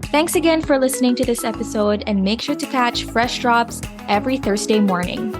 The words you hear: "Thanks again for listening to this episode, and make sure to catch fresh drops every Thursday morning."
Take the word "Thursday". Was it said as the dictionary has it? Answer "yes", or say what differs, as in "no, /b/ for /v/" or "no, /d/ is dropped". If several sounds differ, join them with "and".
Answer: yes